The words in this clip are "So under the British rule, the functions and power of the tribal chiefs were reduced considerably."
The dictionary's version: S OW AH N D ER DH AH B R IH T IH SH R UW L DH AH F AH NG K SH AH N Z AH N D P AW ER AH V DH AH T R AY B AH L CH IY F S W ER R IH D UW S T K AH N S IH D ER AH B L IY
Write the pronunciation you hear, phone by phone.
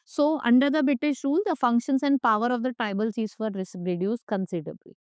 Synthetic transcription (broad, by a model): S OW AH N D ER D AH B R IH T IH SH R UW L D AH F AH NG K SH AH N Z AH N D P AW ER AH V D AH T R AY B AH L S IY S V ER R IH D UW S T K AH N S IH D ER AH B L IY